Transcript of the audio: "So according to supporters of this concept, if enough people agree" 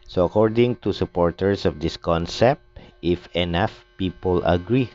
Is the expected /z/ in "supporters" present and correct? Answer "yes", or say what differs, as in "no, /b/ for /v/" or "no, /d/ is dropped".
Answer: no, /s/ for /z/